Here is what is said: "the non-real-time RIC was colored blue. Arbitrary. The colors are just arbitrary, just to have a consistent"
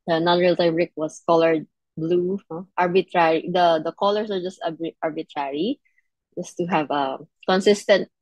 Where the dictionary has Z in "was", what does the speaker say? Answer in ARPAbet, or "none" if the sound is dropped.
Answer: S